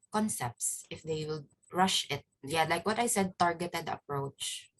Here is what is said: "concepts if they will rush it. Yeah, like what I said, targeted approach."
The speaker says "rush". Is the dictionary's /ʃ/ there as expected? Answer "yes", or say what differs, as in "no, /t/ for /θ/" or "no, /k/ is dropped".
yes